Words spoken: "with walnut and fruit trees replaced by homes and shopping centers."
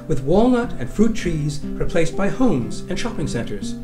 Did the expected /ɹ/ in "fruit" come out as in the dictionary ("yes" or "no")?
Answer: yes